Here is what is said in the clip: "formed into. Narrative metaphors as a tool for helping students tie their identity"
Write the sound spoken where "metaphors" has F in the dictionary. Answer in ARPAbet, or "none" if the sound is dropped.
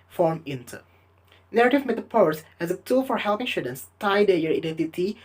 P